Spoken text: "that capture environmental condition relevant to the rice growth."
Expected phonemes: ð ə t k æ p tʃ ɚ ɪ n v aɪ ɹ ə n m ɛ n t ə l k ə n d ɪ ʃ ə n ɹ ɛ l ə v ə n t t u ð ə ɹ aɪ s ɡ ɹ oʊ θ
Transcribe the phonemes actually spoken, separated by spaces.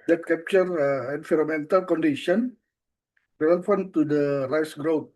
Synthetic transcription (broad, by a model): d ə t k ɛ p tʃ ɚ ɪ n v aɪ ɹ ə m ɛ n t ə l k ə n d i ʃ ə n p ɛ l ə f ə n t t u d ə ɹ aɪ s ɡ ɹ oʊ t